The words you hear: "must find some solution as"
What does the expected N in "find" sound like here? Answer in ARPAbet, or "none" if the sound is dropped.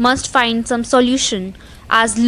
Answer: N